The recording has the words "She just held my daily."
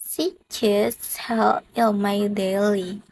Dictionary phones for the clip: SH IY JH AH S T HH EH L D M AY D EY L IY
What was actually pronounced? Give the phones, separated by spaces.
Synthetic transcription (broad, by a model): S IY CH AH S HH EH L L M AY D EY L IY